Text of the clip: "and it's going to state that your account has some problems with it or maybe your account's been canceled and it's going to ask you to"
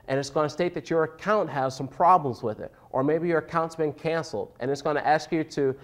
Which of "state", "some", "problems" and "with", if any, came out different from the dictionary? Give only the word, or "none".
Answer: none